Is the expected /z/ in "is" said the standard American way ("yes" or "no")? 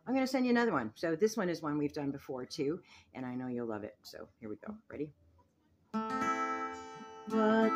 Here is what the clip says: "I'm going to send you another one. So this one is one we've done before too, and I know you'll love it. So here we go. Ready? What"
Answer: yes